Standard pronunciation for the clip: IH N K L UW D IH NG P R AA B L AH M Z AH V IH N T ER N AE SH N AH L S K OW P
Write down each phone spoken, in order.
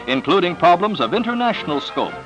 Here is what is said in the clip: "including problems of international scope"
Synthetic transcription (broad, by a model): IH N K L UW D IH NG P R AA B L AH M Z AH V IH N T ER N AE SH N L S K OW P